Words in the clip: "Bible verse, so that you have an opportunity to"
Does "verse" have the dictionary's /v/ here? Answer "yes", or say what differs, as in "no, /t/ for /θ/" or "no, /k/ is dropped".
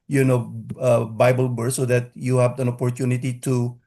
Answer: no, /b/ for /v/